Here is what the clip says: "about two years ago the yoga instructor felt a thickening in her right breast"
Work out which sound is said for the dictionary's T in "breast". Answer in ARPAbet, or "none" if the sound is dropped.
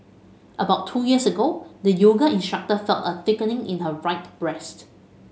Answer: T